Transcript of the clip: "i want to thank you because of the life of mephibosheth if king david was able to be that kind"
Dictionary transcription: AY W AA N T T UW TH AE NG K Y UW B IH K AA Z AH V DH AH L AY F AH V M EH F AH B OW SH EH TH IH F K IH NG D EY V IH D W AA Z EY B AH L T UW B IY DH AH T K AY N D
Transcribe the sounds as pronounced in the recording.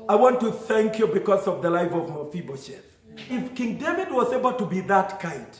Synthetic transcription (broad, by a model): AY W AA N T T UW TH AE NG K Y UW B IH K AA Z AH V DH AH L AY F AH V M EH F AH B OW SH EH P IH F K IH NG D EY V IH D W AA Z EY B AH L T UW B IY DH AH T K AY N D